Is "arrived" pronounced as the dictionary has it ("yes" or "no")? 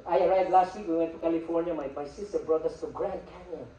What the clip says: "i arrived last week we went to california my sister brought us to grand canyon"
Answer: no